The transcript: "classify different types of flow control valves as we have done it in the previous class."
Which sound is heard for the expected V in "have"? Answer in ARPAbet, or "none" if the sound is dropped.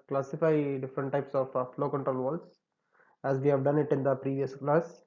V